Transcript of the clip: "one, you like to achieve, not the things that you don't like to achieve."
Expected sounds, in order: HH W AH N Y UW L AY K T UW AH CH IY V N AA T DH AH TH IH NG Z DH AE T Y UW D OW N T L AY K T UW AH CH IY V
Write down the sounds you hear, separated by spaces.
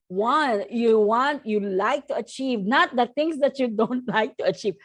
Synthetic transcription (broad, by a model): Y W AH N Y UW L AY K T UW AH CH IY V N AA T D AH T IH NG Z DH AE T Y UW D OW N T L AY K T UW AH CH IY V